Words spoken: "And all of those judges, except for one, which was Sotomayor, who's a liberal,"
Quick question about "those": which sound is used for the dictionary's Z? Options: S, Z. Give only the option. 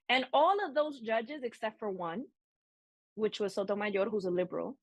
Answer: Z